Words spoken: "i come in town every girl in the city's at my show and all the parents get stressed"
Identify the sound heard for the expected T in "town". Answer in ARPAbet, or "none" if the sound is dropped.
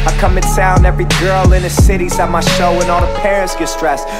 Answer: S